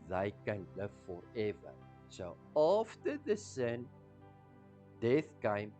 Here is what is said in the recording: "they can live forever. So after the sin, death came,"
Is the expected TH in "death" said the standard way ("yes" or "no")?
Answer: yes